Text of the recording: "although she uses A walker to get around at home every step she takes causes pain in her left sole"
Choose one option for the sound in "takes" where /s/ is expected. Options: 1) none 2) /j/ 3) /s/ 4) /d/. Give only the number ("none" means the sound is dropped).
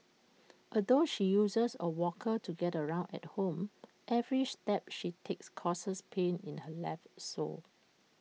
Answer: 3